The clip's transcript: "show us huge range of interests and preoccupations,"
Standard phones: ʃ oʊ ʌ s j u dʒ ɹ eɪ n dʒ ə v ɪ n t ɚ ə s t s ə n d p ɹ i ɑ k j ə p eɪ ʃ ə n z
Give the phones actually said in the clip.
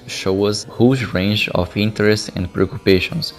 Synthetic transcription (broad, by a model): ʃ oʊ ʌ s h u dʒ ɹ eɪ n dʒ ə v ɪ n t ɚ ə s t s ə n d p ɹ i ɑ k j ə p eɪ ʃ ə n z